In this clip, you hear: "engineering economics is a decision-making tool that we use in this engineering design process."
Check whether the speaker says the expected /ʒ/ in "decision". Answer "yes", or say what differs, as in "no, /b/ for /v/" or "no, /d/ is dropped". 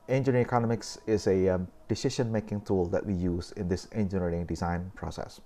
no, /ʃ/ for /ʒ/